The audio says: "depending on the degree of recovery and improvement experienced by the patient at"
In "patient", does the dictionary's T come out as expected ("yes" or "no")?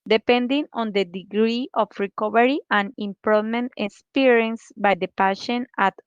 no